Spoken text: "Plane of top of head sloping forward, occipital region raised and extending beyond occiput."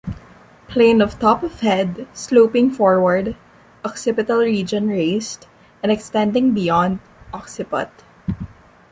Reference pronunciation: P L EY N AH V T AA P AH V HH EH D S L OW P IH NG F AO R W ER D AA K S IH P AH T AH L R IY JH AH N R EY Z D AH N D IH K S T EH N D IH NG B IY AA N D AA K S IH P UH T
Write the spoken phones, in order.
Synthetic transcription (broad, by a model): P L EY N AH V T AA P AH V HH EH D S L OW P IH NG F AO R W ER D AA K S IH P AH T AH L R IY JH AH N R EY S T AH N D IH K S T EH N D IH NG B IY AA N D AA K S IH P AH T